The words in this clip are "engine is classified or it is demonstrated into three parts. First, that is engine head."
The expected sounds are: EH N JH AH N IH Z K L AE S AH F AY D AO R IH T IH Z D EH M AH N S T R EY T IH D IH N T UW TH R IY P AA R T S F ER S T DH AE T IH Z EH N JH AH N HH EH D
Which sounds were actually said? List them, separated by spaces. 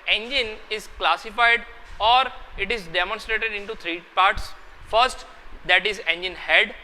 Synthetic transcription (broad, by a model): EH N JH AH N IH Z K L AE S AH F AY D AO R IH T IH Z D EH M AH N S T R EY T IH D IH N T UW T R IY P AA R T S F ER S T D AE T IH Z EH N JH AH N HH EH D